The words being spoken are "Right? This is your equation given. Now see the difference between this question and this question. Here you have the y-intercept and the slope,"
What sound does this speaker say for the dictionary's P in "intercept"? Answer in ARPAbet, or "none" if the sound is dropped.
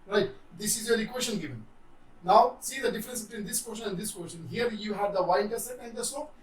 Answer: none